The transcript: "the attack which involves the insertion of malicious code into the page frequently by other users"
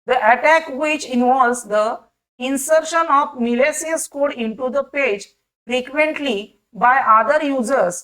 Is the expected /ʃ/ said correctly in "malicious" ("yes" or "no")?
no